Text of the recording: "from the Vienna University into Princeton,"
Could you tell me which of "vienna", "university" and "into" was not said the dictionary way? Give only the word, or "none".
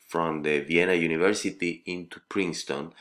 none